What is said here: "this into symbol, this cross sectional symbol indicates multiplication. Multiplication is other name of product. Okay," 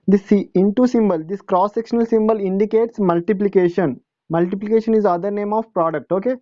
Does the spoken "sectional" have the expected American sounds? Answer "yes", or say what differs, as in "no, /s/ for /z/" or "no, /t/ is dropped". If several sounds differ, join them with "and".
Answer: yes